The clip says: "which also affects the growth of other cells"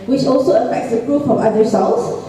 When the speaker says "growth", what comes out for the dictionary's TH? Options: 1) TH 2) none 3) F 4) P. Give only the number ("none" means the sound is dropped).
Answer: 3